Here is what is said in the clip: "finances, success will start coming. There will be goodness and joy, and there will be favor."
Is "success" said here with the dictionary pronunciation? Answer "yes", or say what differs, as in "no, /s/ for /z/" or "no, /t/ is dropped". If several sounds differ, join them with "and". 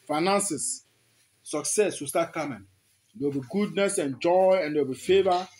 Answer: yes